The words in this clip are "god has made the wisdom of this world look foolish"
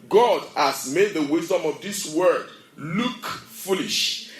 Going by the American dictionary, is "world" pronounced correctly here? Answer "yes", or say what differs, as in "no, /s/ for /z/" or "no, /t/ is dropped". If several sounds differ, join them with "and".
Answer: no, /l/ is dropped